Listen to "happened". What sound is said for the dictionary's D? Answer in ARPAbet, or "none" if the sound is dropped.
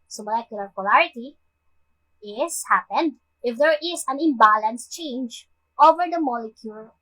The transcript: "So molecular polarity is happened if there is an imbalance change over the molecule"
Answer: D